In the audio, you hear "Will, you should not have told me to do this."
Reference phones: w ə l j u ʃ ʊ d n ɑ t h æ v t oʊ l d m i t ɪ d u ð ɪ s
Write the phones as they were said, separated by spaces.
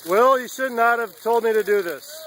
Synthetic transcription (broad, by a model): w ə l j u ʃ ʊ d n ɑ t h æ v t oʊ l d m i t ɪ d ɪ ð ɪ s